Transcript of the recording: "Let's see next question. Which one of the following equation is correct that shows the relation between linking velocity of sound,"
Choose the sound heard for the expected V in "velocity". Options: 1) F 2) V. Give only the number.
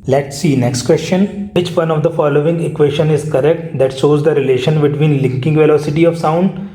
2